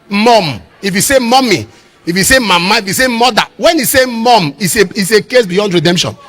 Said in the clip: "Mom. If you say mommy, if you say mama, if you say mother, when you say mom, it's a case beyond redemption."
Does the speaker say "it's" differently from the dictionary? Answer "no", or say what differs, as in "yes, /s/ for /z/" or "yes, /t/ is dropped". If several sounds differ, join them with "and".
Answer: yes, /s/ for /t/